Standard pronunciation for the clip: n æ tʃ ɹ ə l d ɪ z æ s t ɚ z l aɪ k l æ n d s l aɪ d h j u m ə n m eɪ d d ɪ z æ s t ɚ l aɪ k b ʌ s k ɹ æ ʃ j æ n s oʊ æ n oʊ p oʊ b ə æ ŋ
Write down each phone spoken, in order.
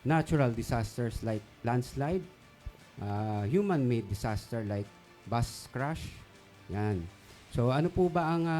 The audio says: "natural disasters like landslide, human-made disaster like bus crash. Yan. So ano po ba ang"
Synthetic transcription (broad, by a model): n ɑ tʃ ɹ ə l d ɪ s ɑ s t ɚ s l aɪ k l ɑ n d s l aɪ d h j u m ə n m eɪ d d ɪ s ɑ s t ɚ l aɪ k b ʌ s k ɹ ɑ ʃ j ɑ n s oʊ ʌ n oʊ p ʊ b ə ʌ ŋ